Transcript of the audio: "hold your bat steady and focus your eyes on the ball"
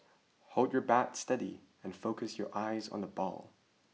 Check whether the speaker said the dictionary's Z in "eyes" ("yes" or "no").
yes